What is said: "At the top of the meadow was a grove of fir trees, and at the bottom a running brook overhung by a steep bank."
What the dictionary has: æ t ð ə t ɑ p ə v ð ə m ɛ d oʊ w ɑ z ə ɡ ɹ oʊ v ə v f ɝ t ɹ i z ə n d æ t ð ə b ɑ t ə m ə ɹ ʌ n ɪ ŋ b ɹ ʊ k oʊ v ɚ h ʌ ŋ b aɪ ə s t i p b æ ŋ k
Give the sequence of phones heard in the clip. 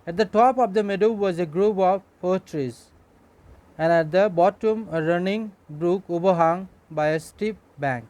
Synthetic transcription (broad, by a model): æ t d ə t ɑ p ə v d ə m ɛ d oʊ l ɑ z ə ɡ ɹ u p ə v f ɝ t ɹ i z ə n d æ t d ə b ɑ t ə m ə ɹ ʌ n ɪ ŋ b ɹ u k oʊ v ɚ h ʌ ŋ b aɪ ə s t i p b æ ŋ k